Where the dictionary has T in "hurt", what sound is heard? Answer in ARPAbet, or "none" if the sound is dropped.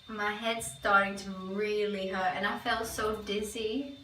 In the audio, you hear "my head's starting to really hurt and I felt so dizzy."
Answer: none